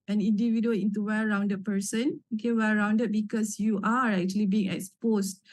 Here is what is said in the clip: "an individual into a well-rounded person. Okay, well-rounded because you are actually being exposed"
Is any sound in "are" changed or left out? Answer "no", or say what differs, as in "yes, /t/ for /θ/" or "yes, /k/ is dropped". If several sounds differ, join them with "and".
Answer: no